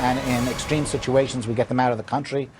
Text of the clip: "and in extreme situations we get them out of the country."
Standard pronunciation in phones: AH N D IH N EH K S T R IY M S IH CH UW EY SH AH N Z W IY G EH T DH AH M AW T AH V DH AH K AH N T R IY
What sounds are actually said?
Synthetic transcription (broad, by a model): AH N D IH N EH K S T R IY M S IH CH UW EY SH AH N Z W IY G EH T DH AH M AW T AH V DH AH K AH N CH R IY